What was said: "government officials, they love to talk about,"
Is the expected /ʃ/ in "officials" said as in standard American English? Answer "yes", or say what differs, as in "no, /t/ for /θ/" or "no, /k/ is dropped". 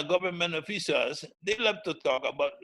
no, /s/ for /ʃ/